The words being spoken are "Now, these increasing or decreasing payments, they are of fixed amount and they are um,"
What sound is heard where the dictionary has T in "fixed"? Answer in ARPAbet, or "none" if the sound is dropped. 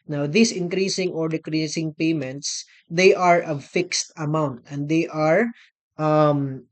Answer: T